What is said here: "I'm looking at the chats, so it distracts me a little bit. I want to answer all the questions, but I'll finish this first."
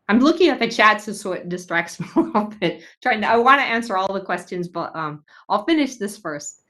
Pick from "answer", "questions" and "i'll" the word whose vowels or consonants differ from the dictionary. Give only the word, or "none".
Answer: none